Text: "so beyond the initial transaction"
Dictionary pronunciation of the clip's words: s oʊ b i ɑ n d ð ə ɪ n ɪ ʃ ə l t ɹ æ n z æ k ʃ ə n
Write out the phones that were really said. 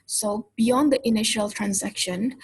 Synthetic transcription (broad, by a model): s oʊ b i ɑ n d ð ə ɪ n ɪ ʃ ə l t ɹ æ n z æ k ʃ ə n